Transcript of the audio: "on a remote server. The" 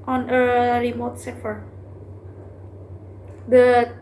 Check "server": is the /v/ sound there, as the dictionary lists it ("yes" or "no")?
no